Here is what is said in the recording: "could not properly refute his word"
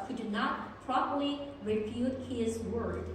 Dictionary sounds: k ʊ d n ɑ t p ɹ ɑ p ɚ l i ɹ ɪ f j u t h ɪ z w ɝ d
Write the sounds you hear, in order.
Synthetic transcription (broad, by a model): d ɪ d n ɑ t p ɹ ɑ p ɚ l i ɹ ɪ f j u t h ɪ z w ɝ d